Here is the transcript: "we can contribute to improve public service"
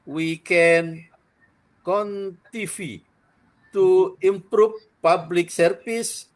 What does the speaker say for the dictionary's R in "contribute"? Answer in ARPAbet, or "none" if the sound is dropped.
none